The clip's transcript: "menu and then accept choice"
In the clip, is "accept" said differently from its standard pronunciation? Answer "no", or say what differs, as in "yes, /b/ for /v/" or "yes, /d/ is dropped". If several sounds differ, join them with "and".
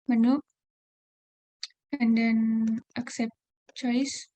no